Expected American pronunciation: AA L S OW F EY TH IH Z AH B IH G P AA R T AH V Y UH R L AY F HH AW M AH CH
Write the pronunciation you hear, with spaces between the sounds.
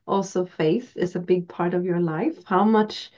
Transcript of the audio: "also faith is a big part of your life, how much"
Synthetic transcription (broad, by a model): AA L S OW F EY TH IH Z AH B IH G P AA R T AH V Y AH R L AY F HH AW M AH CH